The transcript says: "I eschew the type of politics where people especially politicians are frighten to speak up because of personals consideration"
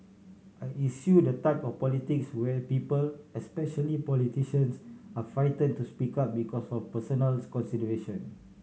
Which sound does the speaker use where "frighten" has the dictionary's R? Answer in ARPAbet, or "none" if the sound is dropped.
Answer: none